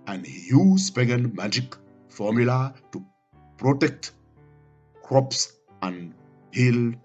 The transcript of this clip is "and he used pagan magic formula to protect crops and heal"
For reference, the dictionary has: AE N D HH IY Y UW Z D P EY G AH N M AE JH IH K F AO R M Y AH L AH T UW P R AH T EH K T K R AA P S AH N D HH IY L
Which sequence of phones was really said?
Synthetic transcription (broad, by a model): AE N D HH IY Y UW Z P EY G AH N M AE JH IH K F AO R M Y AH L AH T UW P R AH T EH K T K R AA P S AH N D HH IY L